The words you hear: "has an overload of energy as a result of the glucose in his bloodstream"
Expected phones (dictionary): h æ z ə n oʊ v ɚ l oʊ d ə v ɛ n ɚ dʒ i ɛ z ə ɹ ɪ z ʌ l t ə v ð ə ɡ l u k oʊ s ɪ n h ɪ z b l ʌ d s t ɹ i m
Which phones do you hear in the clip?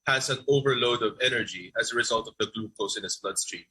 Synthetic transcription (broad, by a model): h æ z ə n oʊ v ɚ l oʊ d ə v ɛ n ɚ dʒ i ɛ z ə ɹ ɪ z ʌ l t ə v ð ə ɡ l u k oʊ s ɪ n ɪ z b l ʌ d s t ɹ i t